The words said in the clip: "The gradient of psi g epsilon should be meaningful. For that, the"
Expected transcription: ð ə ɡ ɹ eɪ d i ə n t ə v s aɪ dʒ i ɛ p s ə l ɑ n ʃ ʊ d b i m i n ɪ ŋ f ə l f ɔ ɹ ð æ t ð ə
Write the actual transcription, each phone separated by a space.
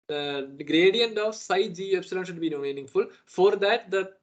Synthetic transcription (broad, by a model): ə ɡ ɹ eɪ d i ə n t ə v s aɪ dʒ i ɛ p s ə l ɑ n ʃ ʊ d b i m i n ɪ ŋ f ə l f ɔ ɹ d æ t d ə